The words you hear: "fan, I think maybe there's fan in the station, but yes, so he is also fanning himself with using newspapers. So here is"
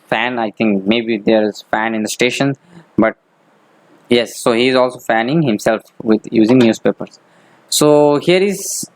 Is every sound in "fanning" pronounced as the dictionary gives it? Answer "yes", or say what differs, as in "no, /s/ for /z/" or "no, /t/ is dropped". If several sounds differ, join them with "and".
yes